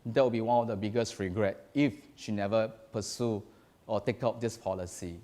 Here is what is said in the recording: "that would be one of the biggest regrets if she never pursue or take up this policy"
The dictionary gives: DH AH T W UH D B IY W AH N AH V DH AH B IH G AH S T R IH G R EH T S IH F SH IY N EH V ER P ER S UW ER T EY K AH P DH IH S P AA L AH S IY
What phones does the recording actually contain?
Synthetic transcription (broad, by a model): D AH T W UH B IY W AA N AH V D AH B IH G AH S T R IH G R EH T IH F SH IY N EH V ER P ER S UW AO T EY K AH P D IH S P AA L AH S IY